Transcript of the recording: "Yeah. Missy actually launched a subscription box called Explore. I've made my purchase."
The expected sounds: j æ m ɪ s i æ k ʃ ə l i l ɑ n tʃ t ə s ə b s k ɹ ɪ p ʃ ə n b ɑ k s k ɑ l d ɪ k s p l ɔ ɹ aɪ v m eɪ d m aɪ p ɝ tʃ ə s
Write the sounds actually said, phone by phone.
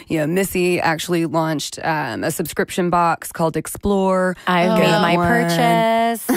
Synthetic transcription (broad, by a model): j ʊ m ɪ s i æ k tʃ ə l i l ɑ n tʃ t ə s ə b s k ɹ ɪ p ʃ ə n b ɑ k s k ɑ l d ɪ k s p l ɔ ɹ aɪ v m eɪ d m aɪ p ɝ tʃ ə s